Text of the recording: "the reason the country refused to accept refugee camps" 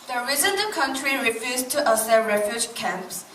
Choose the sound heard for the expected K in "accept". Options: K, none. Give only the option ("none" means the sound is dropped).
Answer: none